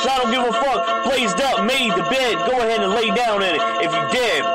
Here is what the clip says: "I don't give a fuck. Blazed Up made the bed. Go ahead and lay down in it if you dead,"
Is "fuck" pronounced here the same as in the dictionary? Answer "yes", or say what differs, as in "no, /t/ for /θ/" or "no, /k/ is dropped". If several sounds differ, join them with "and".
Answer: yes